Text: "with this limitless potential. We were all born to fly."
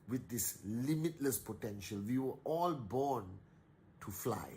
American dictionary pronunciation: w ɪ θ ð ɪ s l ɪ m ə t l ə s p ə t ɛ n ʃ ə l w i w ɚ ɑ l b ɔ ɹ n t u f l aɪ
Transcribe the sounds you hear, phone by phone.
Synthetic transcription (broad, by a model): w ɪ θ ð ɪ s l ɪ m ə t l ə s p ə t ɛ n ʃ ə l w i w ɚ ɑ l b ɔ n t u f l aɪ